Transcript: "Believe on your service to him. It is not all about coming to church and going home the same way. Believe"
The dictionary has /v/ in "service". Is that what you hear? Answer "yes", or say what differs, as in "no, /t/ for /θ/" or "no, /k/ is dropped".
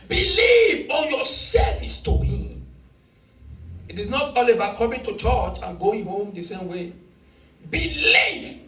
no, /f/ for /v/